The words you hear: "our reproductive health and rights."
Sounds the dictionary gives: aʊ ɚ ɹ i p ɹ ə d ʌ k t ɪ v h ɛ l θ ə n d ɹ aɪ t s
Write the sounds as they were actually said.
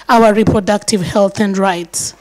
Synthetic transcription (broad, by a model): aʊ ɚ ɹ i p ɹ ə d ʌ k t ɪ v h ɛ l θ ə n d ɹ aɪ t s